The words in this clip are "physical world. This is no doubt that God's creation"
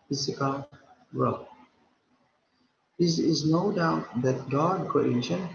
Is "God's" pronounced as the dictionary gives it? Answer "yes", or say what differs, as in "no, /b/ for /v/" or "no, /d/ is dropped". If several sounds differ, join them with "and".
no, /z/ is dropped